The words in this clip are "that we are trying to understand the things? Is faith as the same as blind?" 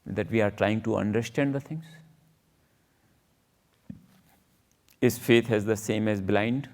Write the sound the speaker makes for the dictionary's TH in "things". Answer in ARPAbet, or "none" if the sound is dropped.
T